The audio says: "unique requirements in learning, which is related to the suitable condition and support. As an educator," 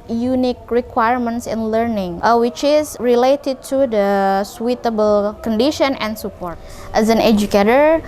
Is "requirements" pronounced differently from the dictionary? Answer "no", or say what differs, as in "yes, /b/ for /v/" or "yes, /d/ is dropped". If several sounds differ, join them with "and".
no